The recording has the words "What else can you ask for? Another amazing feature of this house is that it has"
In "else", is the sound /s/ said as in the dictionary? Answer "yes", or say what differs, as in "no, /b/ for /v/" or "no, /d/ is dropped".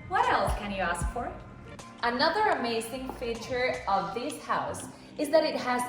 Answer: no, /s/ is dropped